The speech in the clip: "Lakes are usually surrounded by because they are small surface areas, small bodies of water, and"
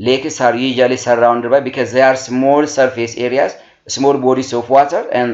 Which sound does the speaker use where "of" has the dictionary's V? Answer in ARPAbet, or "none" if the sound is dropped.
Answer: F